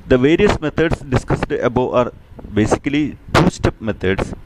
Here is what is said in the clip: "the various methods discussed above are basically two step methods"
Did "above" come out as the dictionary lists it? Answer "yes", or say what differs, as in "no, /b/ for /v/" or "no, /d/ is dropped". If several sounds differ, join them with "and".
no, /v/ is dropped